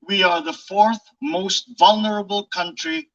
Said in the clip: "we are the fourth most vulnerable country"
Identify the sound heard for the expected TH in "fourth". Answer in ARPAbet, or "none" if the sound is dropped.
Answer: TH